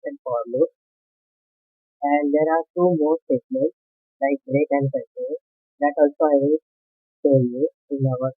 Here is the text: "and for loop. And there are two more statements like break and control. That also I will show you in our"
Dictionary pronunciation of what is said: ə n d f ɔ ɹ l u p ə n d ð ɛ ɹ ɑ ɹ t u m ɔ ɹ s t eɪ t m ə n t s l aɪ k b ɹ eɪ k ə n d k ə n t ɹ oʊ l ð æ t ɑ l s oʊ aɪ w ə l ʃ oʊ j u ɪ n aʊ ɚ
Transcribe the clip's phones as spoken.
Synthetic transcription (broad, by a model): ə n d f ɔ ɹ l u ə n d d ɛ ɹ ɑ ɹ t u m ɔ ɹ s t eɪ t m ə n t s l aɪ k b ɹ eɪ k ə n d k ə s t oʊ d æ t ɑ l s oʊ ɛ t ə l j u ɪ n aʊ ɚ